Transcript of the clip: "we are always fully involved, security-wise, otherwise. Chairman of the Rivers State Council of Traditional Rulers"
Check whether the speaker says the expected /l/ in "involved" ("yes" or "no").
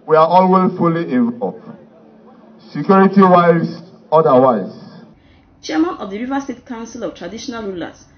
no